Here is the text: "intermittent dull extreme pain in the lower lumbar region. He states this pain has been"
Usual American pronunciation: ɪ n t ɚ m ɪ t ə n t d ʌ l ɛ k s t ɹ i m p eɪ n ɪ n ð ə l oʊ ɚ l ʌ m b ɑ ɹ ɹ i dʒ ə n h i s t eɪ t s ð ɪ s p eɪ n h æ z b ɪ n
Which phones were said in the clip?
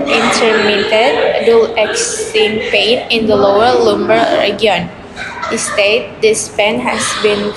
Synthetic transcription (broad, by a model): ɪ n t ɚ m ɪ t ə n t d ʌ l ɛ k s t i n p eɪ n ɪ n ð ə l oʊ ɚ l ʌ m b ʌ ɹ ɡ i ə n h i s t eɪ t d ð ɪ s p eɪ n h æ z b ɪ n